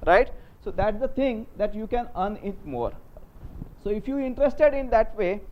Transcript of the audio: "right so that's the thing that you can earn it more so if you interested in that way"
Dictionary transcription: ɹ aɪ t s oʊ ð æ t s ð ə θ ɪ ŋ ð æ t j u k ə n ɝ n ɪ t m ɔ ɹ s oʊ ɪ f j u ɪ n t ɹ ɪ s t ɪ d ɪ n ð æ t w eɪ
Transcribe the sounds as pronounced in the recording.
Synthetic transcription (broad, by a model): ɹ aɪ t s oʊ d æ t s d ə t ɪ ŋ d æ t j u k ə n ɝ n ɪ t m ɔ ɹ s oʊ ɪ f j u ɪ n t ɹ ɪ s t ɪ d ɪ n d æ t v eɪ